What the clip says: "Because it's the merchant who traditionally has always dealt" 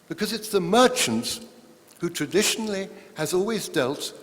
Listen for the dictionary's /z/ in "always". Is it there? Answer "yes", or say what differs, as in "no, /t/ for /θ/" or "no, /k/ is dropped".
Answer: yes